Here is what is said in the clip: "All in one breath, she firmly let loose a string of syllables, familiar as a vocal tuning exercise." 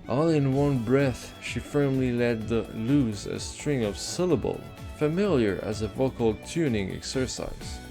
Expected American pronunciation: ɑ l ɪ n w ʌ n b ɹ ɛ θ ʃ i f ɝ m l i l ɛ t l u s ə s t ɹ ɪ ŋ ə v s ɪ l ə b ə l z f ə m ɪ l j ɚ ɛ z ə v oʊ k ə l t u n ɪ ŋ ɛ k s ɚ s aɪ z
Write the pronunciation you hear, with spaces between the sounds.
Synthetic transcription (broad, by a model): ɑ l ɪ n w ʌ n b ɹ ɛ θ ʃ i f ɝ m l i l ɛ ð l u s ə s t ɹ ɪ ŋ ə v s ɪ l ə b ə l f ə m ɪ l j ɚ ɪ z ə v oʊ k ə l t u n ɪ ŋ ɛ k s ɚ s aɪ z